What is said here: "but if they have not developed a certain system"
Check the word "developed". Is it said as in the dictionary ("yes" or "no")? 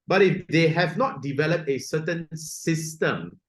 yes